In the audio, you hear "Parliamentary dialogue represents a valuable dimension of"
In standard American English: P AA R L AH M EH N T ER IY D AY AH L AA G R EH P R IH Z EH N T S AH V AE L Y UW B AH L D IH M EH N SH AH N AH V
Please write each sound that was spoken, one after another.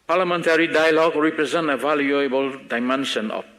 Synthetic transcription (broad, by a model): P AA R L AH M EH N T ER IY D AY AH L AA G R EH P R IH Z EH N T AH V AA L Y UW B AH L D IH M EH N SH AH N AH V